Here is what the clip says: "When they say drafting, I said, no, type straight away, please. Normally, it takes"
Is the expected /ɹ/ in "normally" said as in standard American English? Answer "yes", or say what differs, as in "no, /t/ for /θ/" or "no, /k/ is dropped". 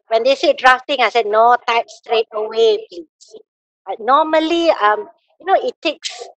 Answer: no, /l/ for /ɹ/